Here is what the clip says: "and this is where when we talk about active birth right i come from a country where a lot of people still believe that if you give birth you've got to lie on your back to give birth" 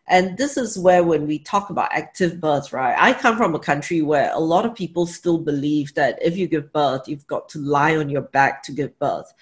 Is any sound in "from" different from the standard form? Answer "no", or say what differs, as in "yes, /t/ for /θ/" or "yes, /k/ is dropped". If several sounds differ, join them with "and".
no